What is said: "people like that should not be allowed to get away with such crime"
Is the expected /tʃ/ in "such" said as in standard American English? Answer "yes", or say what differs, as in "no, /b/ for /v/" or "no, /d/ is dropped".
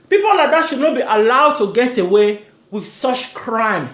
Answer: yes